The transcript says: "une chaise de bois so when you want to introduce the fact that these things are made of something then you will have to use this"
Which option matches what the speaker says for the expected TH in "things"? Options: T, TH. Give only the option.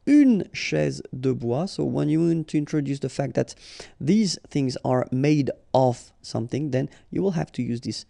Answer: TH